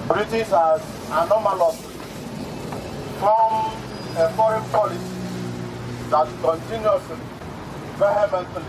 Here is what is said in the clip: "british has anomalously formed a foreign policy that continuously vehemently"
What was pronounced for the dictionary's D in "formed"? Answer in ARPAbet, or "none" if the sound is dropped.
none